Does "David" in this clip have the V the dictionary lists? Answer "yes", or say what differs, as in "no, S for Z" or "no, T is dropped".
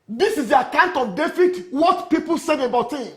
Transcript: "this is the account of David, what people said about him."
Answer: no, F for V